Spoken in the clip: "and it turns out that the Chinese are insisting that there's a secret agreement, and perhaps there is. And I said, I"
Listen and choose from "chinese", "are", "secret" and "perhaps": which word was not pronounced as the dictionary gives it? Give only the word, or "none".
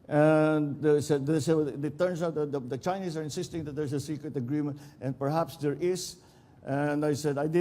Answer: chinese